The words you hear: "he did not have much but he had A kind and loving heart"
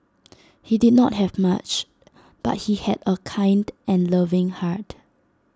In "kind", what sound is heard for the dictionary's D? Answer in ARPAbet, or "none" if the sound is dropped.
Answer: D